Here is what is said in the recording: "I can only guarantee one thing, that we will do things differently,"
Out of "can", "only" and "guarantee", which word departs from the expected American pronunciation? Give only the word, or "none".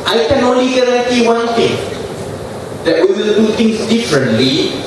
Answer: guarantee